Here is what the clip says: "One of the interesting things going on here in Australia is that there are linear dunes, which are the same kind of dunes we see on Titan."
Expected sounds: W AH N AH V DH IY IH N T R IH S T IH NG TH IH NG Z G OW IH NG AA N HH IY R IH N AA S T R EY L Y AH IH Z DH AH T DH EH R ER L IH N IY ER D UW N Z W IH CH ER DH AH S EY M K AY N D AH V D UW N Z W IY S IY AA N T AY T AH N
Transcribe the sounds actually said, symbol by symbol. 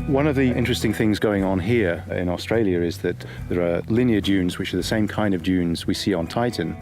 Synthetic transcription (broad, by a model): W AH N AH V DH IY IH N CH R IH S T IH NG TH IH NG Z G OW IH NG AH N HH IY R IH N AA S T R EY L Y AH IH Z DH AH T DH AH R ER L IH N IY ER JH UW N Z W IH CH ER DH AH S EY M K AY N D AH V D UW N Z W IY S IY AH N T AY T N